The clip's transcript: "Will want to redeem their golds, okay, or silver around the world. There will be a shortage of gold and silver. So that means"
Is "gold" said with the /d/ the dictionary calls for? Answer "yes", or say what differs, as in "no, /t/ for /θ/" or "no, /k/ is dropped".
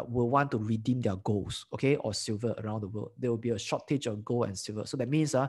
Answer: no, /d/ is dropped